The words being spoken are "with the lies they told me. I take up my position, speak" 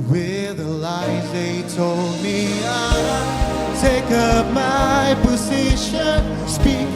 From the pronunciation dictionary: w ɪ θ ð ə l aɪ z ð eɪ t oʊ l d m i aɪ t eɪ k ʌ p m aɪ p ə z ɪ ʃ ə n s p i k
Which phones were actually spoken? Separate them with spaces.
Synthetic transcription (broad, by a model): w ɪ ð ə l aɪ z ð eɪ t oʊ l d m i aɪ t eɪ k ʌ p m aɪ p ə z ɪ ʃ ə n s p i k